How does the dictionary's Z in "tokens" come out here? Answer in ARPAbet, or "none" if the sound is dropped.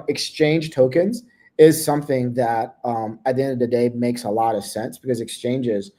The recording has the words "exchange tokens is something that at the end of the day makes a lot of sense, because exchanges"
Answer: Z